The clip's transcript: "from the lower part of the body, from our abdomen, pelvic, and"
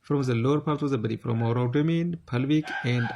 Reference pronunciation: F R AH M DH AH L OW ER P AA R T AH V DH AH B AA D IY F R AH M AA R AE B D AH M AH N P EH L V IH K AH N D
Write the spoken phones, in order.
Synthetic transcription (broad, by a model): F R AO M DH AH L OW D P AA R T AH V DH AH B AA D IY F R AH M AA R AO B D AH M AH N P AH L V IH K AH N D